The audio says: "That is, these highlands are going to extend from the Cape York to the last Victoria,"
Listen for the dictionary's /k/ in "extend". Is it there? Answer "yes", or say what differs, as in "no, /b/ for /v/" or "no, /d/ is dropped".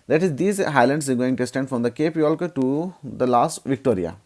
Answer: no, /k/ is dropped